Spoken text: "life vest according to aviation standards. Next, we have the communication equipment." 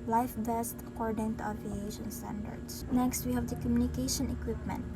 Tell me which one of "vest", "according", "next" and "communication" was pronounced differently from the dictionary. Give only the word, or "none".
vest